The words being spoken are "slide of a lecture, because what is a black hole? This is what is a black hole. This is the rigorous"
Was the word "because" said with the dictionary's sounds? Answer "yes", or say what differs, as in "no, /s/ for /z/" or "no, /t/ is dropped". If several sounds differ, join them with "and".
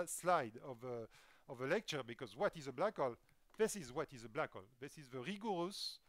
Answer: yes